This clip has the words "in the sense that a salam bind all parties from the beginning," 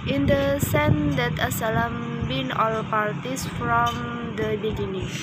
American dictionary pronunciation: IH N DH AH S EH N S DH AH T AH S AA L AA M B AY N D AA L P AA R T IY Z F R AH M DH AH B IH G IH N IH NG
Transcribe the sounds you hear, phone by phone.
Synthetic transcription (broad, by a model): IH N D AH S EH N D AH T AH S AA L AA M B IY N AA L P AA R T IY S F R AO M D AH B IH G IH N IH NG